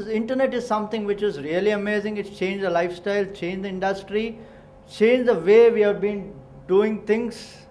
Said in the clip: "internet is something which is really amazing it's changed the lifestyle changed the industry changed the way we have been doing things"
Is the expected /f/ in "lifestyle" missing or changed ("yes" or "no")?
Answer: no